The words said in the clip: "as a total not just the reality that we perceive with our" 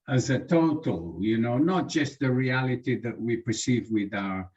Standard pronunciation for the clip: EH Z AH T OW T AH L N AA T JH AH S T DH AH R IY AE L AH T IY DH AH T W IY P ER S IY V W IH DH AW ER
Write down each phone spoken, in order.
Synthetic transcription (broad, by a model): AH Z AH T OW T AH N N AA T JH AH S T DH AH R IY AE L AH T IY DH AH T W IY P ER S IY V W IH DH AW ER